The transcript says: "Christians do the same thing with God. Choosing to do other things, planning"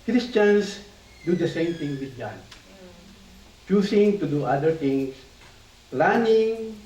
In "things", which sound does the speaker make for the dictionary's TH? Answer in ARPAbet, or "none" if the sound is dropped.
T